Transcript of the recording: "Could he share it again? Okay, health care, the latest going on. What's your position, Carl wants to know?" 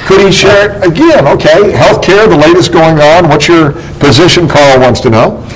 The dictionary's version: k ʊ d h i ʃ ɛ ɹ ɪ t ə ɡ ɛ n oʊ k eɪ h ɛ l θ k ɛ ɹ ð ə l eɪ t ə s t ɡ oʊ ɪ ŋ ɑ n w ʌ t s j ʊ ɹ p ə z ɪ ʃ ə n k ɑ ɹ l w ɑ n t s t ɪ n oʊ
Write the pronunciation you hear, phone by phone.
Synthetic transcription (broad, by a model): k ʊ d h i ʃ ɛ ɹ ɪ t ə ɡ ɛ n oʊ k eɪ h ɛ l θ k ɛ ɹ ð ə l eɪ t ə s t ɡ oʊ ɪ ŋ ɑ n w ʌ t s j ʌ ɹ p ə z ɪ ʃ ə n k ɑ ɹ l w ɑ n t s t ɪ n oʊ